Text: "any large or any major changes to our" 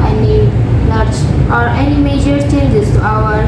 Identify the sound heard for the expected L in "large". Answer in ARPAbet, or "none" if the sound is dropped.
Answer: N